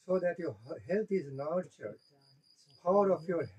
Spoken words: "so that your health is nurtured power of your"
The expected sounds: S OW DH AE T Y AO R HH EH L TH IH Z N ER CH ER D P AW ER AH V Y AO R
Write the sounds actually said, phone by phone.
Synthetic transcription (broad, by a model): S OW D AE T Y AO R HH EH L T IH Z N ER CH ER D P AW ER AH F Y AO R